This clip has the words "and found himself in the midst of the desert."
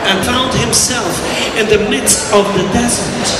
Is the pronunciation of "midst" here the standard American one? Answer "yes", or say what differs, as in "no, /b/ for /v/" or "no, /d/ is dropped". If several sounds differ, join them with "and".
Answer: yes